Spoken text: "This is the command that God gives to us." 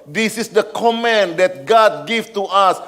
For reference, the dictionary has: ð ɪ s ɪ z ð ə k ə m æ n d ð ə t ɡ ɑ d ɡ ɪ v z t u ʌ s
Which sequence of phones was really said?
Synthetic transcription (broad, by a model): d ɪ s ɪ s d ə k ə m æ n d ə t ɡ ɑ d ɡ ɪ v t u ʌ s